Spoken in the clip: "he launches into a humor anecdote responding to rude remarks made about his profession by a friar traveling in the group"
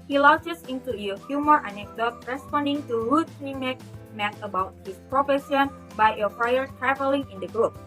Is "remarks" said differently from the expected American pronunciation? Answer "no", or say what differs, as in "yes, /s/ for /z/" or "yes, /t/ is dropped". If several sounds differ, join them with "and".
yes, /s/ is dropped